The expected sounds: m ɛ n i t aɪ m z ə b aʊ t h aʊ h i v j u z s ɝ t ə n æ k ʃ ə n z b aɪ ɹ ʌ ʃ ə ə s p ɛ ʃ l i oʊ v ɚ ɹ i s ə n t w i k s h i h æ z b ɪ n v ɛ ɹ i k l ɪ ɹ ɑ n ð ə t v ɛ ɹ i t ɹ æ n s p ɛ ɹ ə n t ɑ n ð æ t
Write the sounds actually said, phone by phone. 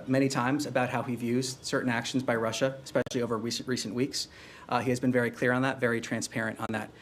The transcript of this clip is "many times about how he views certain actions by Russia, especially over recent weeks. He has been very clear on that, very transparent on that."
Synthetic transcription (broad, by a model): m ɛ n i t aɪ m z ə b aʊ t h aʊ h i v j u z s ɝ t n æ k ʃ n z b aɪ ɹ ʌ ʃ ə ə s p ɛ ʃ l i oʊ v ɚ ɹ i s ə n t w i k s h i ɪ z b ɪ n v ɛ ɹ i k l ɪ ɹ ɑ n ð ə t v ɛ ɹ i t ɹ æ n s p ɛ ɹ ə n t n ð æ t